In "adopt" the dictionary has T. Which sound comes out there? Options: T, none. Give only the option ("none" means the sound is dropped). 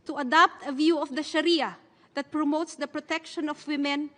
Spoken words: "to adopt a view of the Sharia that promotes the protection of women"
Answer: T